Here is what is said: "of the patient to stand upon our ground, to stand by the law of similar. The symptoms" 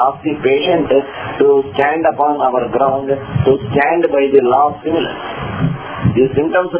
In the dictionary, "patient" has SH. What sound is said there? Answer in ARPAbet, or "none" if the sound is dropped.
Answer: SH